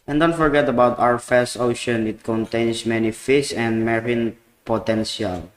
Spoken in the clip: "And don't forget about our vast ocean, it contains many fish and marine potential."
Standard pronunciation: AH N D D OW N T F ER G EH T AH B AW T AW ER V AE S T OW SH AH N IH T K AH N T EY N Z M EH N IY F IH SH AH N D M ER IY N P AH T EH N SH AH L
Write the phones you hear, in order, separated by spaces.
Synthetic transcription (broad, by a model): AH N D D OW N T F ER G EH T AH B AW T AW ER F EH S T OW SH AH N IH T K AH N T EY N S M EH N IY F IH S AH N D M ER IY N P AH T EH N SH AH L